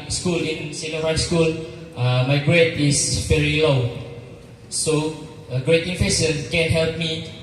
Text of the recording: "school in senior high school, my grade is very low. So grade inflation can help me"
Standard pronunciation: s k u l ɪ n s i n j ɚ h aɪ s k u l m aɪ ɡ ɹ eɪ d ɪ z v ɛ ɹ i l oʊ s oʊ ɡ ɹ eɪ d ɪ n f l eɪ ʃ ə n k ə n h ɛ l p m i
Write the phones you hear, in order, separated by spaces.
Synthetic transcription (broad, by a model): s k u l ɪ n s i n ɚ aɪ s k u l m aɪ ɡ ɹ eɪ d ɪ s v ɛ ɹ i l oʊ s oʊ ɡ ɹ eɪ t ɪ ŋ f eɪ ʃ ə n k ə n h ɛ l p m i